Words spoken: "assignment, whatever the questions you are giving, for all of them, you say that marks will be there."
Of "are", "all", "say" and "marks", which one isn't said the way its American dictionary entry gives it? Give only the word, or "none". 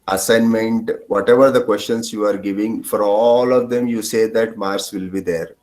marks